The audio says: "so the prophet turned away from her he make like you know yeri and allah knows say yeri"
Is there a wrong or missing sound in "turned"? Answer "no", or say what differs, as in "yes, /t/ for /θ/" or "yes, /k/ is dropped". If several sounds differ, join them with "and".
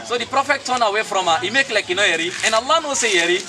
yes, /d/ is dropped